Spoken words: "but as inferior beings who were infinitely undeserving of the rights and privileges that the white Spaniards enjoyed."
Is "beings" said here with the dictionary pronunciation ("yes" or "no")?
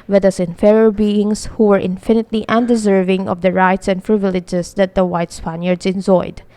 no